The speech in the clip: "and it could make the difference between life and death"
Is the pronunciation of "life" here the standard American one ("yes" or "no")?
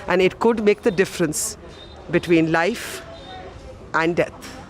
yes